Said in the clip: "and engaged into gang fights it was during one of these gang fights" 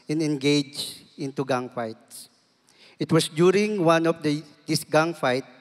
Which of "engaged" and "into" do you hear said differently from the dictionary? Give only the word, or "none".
engaged